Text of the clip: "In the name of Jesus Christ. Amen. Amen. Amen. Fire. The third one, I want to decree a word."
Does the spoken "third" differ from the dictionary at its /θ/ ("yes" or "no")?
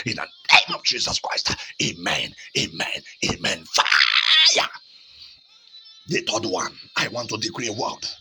yes